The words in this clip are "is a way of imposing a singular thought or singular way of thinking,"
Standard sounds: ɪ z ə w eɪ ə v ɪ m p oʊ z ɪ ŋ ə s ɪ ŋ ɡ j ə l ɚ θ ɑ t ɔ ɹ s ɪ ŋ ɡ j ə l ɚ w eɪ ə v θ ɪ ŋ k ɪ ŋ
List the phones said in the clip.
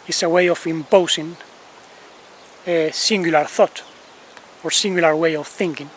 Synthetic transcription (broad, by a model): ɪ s ə w eɪ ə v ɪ m p oʊ s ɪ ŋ ə s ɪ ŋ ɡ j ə l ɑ θ ɑ t ɔ ɹ s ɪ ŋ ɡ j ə l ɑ w eɪ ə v θ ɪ ŋ k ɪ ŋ